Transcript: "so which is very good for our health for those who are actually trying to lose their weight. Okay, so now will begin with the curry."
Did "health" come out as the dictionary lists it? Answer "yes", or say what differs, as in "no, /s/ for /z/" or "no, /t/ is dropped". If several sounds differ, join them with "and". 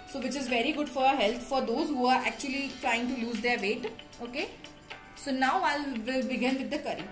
no, /t/ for /θ/